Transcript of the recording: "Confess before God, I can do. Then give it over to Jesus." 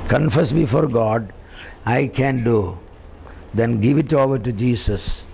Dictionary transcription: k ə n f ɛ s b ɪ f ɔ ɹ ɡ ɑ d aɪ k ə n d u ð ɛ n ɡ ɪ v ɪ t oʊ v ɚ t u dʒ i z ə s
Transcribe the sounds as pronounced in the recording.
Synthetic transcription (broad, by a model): k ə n f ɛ s b ɪ f ɔ ɹ ɡ ɑ d aɪ k ə n d u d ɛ n ɡ ɪ v ɪ t oʊ v ɚ t u dʒ i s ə s